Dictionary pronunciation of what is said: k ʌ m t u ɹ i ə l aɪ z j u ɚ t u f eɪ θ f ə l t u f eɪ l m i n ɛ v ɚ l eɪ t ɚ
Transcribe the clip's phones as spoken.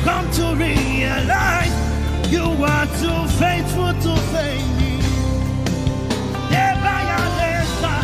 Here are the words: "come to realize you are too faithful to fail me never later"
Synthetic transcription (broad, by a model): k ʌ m t u ɹ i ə l aɪ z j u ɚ t u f eɪ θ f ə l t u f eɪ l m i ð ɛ b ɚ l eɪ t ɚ